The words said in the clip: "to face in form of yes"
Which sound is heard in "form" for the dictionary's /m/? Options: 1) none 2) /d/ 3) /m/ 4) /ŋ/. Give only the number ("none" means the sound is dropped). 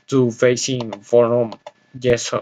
1